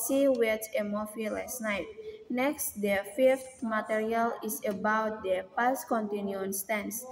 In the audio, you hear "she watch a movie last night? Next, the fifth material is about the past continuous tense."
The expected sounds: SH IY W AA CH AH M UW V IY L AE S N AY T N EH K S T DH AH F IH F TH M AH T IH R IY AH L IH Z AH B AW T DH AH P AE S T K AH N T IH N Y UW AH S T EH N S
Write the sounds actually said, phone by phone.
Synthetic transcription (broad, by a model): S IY W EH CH AH M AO F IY L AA S N AY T N EH K S T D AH F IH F T M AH T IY R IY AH L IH S AH B AW T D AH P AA S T K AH N T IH N Y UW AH S T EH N S